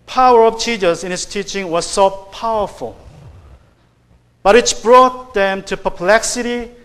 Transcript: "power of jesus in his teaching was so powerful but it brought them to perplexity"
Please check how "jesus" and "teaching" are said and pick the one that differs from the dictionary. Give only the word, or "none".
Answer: jesus